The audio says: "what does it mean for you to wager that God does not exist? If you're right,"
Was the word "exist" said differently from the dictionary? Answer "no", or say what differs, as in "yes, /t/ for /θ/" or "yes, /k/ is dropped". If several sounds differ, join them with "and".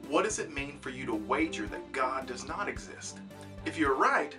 no